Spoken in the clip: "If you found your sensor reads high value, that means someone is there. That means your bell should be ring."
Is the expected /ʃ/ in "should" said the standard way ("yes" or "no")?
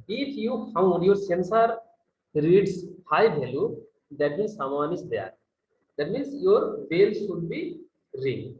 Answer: no